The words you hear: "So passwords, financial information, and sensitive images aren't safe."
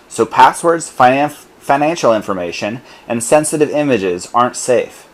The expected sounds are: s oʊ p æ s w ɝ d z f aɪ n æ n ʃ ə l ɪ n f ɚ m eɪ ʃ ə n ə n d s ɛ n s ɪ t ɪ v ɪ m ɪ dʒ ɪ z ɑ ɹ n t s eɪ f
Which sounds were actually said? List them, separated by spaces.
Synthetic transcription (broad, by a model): s oʊ p æ s w ɝ d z f aɪ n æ n ʃ l ɪ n f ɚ m eɪ ʃ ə n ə n s ɛ n s ɪ t ɪ v ɪ m ɪ dʒ ɪ z ɑ ɹ n t s eɪ f